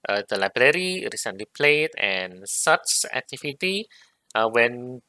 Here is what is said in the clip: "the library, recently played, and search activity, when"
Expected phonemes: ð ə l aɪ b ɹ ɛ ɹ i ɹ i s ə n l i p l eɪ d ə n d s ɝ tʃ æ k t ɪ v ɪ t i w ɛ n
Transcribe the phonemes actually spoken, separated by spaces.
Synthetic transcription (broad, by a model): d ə l aɪ b ɹ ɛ ɹ i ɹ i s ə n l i p l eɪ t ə n s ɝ s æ k t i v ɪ t i w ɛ n